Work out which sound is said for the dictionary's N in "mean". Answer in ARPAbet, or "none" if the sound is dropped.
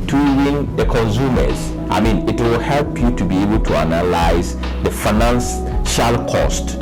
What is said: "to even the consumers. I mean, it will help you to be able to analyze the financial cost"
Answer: N